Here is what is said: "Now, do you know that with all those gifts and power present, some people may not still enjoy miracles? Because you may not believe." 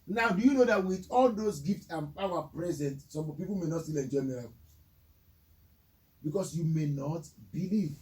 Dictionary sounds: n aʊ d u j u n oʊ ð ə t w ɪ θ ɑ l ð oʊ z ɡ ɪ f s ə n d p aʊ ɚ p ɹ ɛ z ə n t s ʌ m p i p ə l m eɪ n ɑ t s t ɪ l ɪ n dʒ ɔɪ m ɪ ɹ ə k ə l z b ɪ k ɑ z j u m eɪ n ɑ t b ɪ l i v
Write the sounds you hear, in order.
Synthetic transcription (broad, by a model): n aʊ d u j u n oʊ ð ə t w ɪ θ ɑ l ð oʊ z ɡ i f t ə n p aʊ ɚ p ɹ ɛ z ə n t s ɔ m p i p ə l m eɪ n ɑ t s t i l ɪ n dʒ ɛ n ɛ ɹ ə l b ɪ k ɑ s j u m eɪ n ɑ t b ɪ l i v